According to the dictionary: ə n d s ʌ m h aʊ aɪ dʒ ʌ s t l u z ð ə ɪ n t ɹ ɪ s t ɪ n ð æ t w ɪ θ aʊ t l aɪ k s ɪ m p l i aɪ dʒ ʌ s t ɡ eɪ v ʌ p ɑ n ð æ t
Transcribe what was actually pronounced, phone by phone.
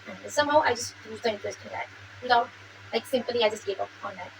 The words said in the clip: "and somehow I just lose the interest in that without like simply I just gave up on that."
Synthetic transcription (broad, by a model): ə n s ʌ m h aʊ aɪ dʒ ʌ s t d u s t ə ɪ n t ɪ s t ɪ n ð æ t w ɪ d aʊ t l aɪ k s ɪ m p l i aɪ dʒ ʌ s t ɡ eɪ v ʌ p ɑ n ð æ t